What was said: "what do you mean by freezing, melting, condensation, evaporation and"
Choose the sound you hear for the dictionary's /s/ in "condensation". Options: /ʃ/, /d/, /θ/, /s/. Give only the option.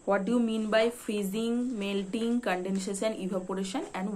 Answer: /ʃ/